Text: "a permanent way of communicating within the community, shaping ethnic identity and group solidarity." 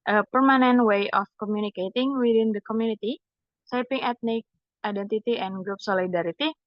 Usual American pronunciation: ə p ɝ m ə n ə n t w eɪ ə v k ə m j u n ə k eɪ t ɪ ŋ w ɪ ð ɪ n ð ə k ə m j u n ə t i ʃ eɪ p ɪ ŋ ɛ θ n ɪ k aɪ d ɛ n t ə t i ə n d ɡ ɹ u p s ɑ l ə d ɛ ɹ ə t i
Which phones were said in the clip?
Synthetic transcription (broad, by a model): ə p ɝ m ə n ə n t w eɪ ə f k ə m j u n ə k eɪ t ɪ ŋ w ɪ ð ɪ n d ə k ə m j u n ə t i s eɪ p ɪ ŋ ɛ t n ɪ k aɪ d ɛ n t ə t i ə n ɡ ɹ u p s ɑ l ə d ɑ ɹ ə t i